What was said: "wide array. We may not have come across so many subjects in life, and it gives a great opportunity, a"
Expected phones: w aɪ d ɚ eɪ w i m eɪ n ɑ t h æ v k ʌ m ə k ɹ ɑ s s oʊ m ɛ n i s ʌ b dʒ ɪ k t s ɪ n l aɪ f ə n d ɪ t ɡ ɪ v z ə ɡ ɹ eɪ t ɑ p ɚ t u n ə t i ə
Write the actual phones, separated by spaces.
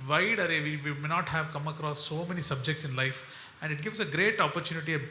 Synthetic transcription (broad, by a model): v aɪ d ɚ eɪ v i m eɪ n ɑ t h æ v k ʌ m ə k ɹ ɑ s s oʊ m ɛ n i s ʌ b dʒ ɪ k t s ɪ n l aɪ f ə n d ɪ t ɡ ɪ v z ə ɡ ɹ eɪ t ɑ p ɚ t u n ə t i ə